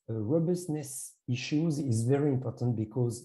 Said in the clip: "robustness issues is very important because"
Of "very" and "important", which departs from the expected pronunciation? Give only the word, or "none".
none